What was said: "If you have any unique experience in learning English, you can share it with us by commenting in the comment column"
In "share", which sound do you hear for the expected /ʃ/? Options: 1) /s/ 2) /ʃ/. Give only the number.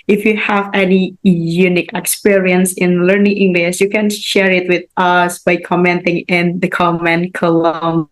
2